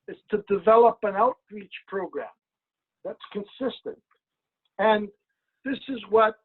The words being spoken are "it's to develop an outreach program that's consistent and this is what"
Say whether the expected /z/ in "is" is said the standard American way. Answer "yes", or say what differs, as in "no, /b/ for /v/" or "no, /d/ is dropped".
yes